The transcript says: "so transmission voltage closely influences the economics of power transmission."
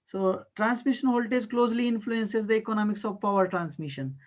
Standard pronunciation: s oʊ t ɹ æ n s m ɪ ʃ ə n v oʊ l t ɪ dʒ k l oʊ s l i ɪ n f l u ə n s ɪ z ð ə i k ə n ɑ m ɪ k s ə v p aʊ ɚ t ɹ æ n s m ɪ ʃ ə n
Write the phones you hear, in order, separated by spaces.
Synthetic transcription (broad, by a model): s oʊ t ɹ æ n s m ɪ ʃ ə n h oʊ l t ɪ z k l oʊ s l i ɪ n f l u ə n s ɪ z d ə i k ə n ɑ m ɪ k s ə v p aʊ ɚ t ɹ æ n s m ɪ ʃ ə n